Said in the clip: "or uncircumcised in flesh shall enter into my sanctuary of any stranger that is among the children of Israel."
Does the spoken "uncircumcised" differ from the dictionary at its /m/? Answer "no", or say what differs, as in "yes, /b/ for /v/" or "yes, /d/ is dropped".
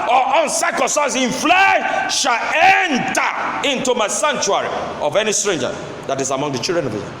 yes, /m/ is dropped